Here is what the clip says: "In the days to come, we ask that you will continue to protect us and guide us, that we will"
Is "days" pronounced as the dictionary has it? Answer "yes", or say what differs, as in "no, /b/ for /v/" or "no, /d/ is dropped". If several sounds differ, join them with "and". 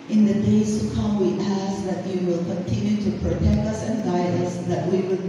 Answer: no, /s/ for /z/